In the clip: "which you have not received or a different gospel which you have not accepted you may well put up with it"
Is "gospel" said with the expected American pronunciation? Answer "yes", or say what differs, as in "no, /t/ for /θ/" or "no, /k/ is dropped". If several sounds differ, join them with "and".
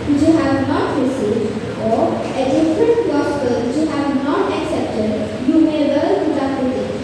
no, /p/ is dropped